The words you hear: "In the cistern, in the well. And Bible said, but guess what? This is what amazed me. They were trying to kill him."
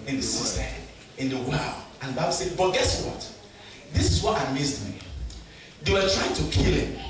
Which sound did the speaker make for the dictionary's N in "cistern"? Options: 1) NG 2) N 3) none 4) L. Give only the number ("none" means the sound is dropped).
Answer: 3